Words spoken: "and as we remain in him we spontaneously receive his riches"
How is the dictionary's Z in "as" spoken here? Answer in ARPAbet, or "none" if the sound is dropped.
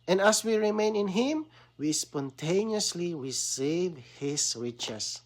S